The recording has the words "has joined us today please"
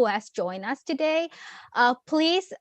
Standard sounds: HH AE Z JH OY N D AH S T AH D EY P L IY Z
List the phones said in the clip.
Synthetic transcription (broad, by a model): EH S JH OY N AH S T AH D EY P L IY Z